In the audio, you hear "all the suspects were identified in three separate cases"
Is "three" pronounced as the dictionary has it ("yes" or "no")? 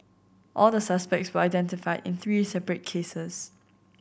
yes